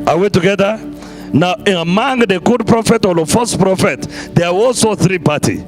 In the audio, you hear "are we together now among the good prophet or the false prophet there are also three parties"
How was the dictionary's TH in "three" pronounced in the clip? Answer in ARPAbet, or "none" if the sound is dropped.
TH